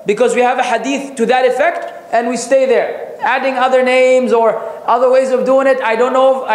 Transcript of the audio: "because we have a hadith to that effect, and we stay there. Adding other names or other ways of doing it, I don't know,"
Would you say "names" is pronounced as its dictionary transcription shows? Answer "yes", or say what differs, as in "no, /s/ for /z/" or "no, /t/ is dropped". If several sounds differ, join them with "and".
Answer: yes